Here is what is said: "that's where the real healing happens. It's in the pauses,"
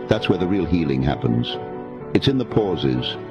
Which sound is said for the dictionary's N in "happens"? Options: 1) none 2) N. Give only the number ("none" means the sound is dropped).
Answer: 2